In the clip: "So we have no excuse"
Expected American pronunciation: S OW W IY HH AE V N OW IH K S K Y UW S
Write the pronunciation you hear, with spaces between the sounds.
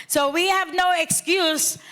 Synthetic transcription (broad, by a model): S OW W IY HH AE V N OW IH K S K Y UW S